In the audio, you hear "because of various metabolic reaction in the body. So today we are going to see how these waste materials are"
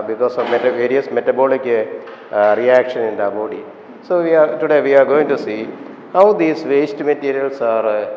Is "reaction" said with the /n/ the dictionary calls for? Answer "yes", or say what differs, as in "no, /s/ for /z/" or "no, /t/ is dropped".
yes